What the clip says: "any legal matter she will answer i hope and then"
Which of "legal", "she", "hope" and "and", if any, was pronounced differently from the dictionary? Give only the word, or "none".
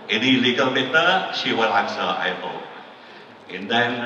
hope